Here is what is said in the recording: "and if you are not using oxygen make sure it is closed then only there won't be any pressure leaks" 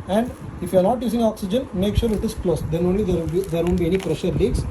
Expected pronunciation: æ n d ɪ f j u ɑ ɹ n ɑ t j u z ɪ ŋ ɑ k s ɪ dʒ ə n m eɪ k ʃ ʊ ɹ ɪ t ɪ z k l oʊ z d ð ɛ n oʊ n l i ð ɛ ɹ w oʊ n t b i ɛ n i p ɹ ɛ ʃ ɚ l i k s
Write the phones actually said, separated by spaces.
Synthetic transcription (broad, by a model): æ n d ɪ f j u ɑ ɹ n ɑ t j u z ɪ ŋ ɑ k s ɪ dʒ ə n m eɪ k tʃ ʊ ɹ ɪ t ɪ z k l oʊ s d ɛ n oʊ n l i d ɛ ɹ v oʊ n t b i ɛ n i p ɹ ɛ ʃ ɚ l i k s